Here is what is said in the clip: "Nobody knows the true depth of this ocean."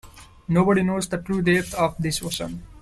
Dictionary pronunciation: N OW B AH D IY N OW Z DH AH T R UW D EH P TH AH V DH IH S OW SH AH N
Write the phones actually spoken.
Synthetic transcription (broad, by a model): N OW B AH D IY N OW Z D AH T R UW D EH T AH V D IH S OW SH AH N